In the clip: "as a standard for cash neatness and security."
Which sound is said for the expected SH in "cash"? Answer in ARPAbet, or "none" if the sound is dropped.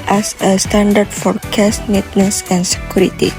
S